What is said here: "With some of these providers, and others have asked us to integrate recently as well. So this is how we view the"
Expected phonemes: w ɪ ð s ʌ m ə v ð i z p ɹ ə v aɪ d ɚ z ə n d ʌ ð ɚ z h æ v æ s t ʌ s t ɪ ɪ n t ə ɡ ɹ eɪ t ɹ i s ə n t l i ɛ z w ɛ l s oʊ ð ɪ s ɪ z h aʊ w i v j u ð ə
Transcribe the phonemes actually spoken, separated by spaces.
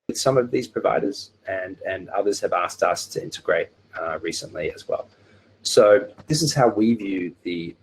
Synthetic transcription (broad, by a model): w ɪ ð s ʌ m ə v ð i z p ɹ ə v aɪ d ɚ z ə n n ʌ ð ɚ z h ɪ v æ s t ʌ s t ɪ ɪ n t ə ɡ ɹ eɪ t ɹ i s ə n t l i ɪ z w ɛ l s oʊ ð ɪ s ɪ z h aʊ w i v j u ð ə